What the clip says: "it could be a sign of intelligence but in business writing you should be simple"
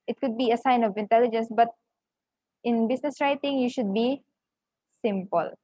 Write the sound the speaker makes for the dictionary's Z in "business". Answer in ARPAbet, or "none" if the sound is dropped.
S